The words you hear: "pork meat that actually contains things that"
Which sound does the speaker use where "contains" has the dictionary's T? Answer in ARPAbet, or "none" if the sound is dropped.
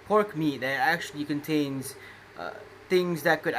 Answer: T